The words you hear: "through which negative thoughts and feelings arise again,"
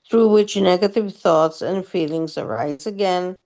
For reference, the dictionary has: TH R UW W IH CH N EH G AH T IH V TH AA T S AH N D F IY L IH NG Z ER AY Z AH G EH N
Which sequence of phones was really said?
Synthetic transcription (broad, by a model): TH R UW W IH CH N EH G AH T IH V TH AA T S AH N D F IY L IH NG Z ER AY Z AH G EH N